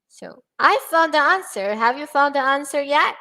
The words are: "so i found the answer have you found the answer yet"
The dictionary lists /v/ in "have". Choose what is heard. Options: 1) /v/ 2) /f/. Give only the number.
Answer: 1